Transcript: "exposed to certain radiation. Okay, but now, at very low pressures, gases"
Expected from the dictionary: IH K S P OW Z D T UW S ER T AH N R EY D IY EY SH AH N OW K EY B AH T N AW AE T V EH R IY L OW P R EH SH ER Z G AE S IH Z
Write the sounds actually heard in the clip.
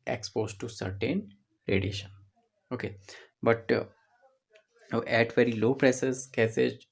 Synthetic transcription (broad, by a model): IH K S P OW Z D T UW S ER T AH N R EY D IY EY SH AH N OW K EY B AH T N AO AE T V EH R IY L OW P R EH S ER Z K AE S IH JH